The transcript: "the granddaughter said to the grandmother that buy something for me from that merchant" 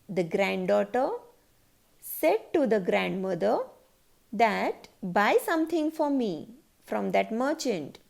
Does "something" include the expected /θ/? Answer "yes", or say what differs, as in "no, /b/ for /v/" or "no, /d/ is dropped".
no, /t/ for /θ/